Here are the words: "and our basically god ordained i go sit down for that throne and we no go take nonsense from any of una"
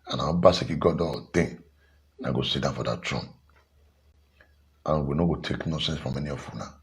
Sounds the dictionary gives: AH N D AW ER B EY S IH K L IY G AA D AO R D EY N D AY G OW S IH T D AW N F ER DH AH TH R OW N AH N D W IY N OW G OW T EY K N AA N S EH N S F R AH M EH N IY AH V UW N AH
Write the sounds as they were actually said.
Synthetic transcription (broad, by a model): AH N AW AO B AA S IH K IY G AA D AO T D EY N AY G OW S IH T D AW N F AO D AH T R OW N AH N W IY N OW G OW T EY K N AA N S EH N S F R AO M EH N IY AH F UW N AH